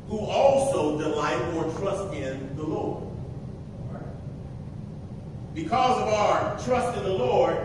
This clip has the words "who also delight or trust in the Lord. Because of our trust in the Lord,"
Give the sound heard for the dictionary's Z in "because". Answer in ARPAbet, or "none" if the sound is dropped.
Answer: Z